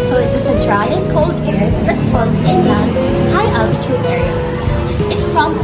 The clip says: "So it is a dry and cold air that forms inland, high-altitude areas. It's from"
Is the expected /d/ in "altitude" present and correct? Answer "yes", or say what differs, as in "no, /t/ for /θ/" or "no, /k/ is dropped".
no, /d/ is dropped